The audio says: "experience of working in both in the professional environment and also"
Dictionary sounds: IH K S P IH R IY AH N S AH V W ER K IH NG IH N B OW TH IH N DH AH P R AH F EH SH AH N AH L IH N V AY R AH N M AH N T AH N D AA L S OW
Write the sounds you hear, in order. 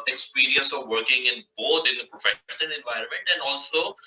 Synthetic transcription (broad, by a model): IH K S P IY R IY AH N S AH V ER K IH NG IH N B OW T IH N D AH P R AH F EH SH AH N AH L IH N V AY R AH N M AH N T AH N D AA L S OW